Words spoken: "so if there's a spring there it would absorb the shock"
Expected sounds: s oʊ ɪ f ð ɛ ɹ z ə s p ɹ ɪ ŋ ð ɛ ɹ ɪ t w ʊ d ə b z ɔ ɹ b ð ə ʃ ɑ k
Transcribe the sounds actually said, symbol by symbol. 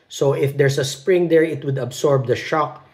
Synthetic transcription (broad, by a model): s oʊ ɪ f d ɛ ɹ s ə s p ɹ ɪ ŋ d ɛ ɹ ɪ t w ʊ d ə b s ɔ ɹ b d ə ʃ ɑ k